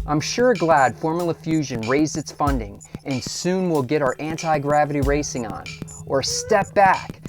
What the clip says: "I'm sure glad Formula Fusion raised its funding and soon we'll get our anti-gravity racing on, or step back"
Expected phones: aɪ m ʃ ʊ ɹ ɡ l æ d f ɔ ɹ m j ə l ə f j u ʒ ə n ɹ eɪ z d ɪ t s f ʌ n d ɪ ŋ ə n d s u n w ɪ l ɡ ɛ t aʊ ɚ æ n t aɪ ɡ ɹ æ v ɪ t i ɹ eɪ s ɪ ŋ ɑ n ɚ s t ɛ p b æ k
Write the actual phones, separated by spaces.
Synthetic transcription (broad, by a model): aɪ m ʃ ʊ ɹ ɡ l æ d f ɔ ɹ m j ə l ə f j u ʒ ə n ɹ eɪ z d ɪ t s f ʌ n d ɪ ŋ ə n s u n w ɪ l ɡ ɛ t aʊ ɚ æ n t aɪ ɡ ɹ æ v ɪ t i ɹ eɪ s ɪ ŋ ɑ n ɚ s t ɛ p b æ k